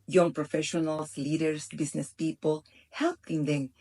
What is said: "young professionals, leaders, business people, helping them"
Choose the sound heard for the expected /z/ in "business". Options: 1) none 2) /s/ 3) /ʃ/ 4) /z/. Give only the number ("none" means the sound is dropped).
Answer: 2